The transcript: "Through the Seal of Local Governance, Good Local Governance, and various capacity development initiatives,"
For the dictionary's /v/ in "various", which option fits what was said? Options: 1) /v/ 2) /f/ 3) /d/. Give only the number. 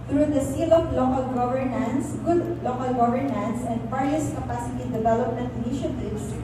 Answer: 2